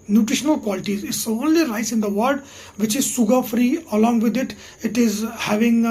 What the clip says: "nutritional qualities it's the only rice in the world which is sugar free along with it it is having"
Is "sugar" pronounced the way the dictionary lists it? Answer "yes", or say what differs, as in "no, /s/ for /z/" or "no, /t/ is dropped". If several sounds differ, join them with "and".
no, /s/ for /ʃ/